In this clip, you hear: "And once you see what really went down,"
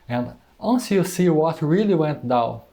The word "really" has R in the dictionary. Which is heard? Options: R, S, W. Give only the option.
R